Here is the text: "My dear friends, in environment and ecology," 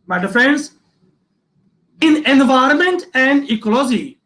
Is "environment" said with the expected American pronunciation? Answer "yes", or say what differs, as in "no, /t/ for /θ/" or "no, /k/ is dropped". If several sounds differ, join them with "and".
yes